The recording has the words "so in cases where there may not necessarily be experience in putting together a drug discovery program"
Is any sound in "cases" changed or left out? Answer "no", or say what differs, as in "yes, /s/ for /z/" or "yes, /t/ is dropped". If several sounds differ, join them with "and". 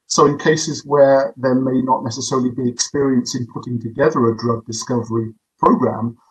no